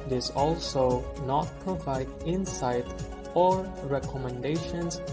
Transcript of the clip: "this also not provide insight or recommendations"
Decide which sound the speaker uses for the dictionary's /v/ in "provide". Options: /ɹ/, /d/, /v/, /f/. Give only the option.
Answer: /v/